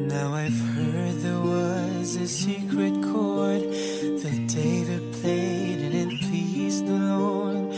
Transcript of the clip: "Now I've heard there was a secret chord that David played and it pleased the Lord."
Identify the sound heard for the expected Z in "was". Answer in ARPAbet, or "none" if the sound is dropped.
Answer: Z